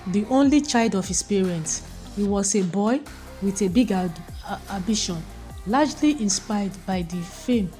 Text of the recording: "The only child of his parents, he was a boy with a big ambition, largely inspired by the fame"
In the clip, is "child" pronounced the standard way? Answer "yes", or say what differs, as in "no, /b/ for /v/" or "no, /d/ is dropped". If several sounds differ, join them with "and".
yes